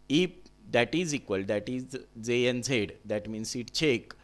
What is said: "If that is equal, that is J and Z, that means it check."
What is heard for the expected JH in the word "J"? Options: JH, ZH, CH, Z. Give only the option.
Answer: Z